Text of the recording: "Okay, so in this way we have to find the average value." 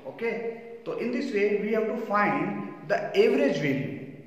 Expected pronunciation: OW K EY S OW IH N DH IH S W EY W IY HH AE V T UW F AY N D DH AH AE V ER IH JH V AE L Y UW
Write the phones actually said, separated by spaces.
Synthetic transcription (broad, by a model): OW K EY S OW IH N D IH S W EY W IY HH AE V T UW F AY N D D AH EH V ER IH JH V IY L